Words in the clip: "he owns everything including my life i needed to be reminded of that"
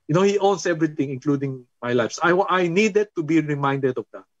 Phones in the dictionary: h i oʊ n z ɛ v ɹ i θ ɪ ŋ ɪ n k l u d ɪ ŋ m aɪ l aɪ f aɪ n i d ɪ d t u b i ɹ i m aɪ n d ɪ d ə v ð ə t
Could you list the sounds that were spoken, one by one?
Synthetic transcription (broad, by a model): h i oʊ n s ɛ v ɹ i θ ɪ ŋ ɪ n k l u d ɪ ŋ m aɪ l aɪ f aɪ n i d ɪ d t u b i ɹ i m aɪ n d ɪ d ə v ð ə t